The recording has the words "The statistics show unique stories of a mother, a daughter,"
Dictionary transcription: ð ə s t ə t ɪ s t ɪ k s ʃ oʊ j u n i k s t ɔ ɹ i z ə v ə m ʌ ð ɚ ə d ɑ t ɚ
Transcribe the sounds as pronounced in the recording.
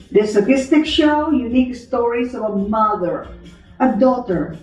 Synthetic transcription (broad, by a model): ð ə s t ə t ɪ s t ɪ k ʃ oʊ j u n i k s t ɔ ɹ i s ə v ə m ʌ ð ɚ ə d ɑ t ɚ